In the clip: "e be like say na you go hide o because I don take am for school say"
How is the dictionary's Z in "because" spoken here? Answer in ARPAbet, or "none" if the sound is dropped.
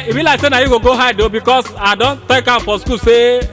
S